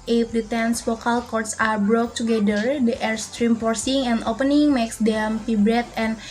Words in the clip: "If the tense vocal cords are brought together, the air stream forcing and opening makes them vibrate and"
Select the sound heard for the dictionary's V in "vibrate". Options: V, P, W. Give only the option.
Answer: P